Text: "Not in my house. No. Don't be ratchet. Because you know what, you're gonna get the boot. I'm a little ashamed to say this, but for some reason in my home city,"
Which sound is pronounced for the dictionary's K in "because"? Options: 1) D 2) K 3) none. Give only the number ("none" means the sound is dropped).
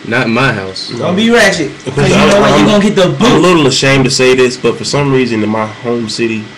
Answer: 3